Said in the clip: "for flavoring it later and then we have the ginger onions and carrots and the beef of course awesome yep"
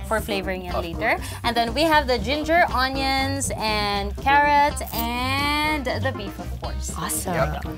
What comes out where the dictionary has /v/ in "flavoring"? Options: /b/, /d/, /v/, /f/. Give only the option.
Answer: /v/